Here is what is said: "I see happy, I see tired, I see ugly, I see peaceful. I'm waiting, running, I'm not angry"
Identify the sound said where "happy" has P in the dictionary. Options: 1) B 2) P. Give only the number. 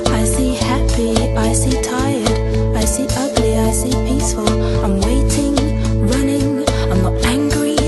2